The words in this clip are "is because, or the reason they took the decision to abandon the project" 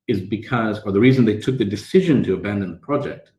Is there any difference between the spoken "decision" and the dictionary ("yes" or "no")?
no